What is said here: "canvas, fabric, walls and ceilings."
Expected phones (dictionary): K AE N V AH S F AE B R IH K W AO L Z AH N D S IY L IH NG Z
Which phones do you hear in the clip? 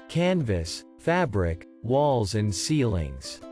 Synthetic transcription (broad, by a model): K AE N V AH S F AE B R IH K W AO L Z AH N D S IY L IH NG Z